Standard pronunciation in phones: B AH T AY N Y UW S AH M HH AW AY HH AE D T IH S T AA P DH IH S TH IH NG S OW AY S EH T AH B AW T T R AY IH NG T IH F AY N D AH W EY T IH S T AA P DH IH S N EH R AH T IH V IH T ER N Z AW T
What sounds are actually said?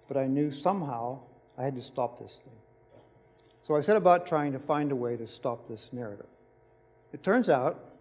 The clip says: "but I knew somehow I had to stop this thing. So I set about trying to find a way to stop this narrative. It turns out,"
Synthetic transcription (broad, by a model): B AH T AY N Y UW S AH M HH AW AY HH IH D T IH S T AA P DH IH S TH IH NG S OW AY S EH T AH B AW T T R AY IH NG T IH F AY N D AH W EY T IH S T AA P DH IH S N EH R AH T IH V IH T ER N Z AW T